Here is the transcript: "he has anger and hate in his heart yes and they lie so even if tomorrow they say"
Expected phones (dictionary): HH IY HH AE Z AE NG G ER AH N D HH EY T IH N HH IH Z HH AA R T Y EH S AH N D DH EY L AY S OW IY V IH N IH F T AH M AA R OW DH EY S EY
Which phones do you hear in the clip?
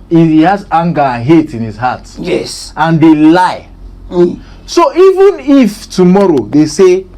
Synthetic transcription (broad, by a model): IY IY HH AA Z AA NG G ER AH N HH EY T IH N HH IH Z HH AA T Y EH S AH N D EY L AY S OW IY V IH N IH F T AH M AA R OW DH EY S EY